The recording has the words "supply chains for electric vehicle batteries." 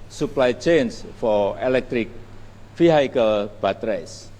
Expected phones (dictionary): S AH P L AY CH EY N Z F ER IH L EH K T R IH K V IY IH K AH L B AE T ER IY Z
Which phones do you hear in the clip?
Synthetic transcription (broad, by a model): S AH P L AY CH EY N S F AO IH L EH K T R IH K F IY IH K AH L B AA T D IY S